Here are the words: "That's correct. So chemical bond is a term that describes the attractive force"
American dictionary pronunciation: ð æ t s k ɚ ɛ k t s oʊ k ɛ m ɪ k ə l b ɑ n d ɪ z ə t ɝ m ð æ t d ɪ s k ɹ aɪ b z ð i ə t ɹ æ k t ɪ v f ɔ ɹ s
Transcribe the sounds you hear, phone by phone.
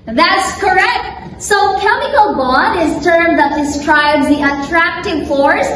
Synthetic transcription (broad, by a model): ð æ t s k ɚ ɛ k t s oʊ k ɛ m ɪ k ə l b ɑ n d ɪ z t ɝ m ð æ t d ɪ s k ɹ aɪ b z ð i ə t ɹ æ k t ɪ v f ɔ ɹ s